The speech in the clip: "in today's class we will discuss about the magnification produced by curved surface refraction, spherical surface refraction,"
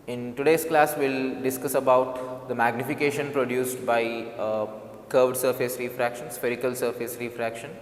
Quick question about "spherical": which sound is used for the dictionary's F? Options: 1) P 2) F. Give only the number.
2